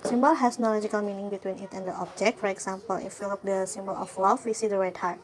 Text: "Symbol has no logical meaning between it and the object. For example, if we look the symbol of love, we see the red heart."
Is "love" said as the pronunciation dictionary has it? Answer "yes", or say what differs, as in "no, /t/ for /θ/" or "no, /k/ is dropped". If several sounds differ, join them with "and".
no, /f/ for /v/